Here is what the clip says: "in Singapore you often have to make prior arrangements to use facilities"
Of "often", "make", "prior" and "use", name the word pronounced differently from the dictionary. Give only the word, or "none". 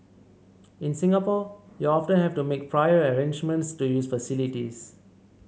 none